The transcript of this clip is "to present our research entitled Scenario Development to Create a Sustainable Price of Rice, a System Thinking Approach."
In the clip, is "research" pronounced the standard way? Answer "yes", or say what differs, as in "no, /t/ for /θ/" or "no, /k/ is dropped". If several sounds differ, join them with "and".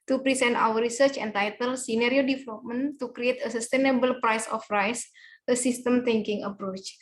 yes